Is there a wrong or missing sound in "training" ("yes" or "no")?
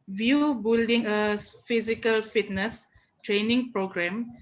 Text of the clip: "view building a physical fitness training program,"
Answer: no